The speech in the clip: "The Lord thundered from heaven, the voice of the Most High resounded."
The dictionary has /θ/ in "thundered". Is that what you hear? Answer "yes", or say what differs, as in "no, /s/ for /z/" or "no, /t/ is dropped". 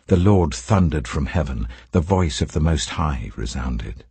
yes